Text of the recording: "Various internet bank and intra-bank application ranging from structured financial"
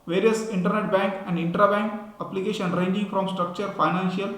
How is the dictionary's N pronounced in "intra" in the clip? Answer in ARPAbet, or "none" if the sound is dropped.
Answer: N